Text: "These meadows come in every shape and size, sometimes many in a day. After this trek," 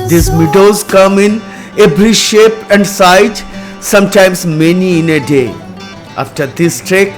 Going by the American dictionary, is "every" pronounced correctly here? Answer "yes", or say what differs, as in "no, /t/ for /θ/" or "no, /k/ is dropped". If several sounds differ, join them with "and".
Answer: no, /b/ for /v/